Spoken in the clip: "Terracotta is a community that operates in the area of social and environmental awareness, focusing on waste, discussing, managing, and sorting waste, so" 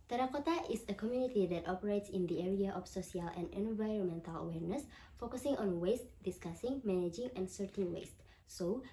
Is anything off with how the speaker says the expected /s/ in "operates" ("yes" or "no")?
no